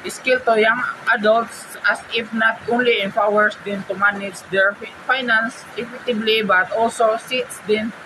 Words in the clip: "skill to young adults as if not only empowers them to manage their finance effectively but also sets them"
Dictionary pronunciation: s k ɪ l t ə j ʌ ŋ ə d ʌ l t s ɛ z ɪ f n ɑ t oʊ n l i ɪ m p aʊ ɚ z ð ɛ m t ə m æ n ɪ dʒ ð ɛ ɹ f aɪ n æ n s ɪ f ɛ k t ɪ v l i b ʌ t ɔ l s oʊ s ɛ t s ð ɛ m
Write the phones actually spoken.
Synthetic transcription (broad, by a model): s k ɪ l t ə j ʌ ŋ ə d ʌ l t s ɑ s ɪ f n ɑ t oʊ n l i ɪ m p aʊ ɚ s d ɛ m t ə m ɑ n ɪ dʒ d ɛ ɹ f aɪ n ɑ n s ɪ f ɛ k t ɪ b l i b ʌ t ɔ l s oʊ s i t s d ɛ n